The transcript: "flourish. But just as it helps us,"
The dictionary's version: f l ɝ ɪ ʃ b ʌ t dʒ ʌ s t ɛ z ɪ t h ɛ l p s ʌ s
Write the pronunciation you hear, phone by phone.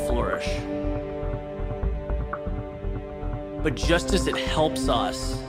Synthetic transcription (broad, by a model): f l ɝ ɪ ʃ b ʌ t dʒ ʌ s t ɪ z ɪ t h ɛ l p s ʌ s